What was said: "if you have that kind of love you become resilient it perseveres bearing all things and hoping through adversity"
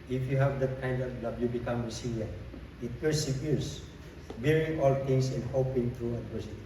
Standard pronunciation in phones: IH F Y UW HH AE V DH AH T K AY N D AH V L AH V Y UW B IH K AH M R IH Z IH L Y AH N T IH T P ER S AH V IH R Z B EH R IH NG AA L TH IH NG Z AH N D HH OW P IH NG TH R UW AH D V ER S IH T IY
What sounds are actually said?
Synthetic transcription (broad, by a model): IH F Y UW HH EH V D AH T K AY N D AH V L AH B Y UW B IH K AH M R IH S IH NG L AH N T IH T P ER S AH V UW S B EH R IH NG AA L T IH NG S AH N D HH OW P IH NG T R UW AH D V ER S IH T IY